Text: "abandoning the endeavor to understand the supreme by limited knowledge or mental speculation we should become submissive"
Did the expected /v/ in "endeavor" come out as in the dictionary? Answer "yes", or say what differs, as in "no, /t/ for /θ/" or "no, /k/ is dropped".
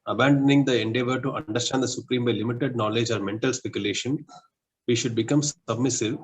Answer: yes